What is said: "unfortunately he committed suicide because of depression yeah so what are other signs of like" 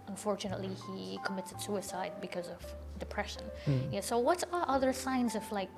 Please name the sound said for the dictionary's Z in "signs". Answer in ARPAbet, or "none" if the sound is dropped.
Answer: Z